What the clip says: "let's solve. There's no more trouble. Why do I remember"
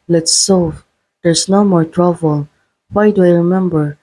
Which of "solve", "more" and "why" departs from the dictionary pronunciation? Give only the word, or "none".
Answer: solve